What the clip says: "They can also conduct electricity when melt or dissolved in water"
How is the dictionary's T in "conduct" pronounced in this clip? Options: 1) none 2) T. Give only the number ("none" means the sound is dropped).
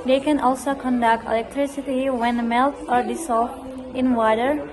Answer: 2